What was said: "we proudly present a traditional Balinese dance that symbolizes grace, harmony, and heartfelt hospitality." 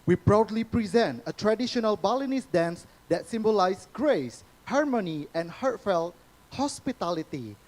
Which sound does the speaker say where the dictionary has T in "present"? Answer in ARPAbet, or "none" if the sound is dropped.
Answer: T